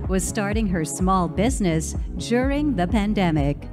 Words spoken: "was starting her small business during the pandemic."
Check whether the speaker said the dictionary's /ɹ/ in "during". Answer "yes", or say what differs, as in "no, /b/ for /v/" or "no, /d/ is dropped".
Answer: yes